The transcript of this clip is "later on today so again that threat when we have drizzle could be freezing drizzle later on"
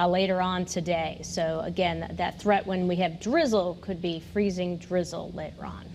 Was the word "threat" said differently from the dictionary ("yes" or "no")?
no